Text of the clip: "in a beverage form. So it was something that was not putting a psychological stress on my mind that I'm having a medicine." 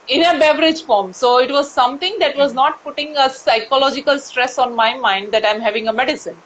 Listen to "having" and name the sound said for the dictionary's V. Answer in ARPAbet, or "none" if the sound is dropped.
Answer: V